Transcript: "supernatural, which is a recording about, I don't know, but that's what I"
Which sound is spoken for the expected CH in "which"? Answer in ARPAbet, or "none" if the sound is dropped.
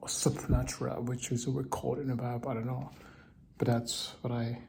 CH